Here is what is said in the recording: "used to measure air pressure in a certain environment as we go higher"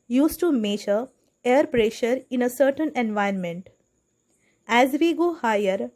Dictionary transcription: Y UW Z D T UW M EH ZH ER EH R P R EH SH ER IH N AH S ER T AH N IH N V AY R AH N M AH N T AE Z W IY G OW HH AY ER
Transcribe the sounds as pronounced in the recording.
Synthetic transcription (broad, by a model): Y UW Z T UW M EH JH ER EH R P R EH SH ER IH N AH S ER T AH N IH N V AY AH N M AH N T AE Z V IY G OW HH AY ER